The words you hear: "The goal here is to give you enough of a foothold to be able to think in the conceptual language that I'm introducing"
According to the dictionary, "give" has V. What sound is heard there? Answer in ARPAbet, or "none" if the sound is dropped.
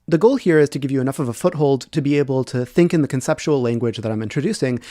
V